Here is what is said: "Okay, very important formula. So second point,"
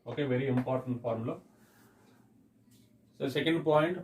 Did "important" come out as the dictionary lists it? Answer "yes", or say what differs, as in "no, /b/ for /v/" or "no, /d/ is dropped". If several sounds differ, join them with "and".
yes